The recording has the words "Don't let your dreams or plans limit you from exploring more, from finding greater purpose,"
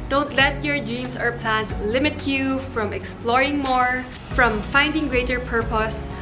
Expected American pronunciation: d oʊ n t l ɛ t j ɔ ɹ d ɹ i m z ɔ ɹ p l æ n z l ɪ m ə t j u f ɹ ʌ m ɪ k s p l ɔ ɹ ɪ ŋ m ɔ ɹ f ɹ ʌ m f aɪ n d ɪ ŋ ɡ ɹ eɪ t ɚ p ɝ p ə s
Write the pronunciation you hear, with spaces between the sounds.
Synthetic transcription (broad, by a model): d oʊ n t l ɛ t j ɔ ɹ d ɹ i m s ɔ ɹ p l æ n s l ɪ m ə t j u f ɹ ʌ m ɪ k s p l ɔ ɹ ɪ ŋ m ɔ ɹ f ɹ ʌ m f aɪ n d ɪ ŋ ɡ ɹ eɪ t ɚ p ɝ p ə s